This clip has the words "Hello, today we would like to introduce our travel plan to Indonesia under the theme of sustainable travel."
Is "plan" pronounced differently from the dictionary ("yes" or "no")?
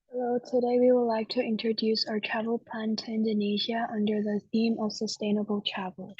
yes